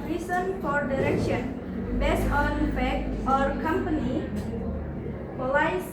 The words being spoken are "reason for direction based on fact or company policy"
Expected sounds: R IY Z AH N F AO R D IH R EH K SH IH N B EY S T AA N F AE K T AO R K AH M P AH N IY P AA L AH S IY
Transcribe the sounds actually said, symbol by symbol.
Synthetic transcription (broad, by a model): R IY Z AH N F AO R D IH R EH K SH IH N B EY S AA N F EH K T AO R K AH M P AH N IY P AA L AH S